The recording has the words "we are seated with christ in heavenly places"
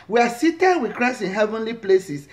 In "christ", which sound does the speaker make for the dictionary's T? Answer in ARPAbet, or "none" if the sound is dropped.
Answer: none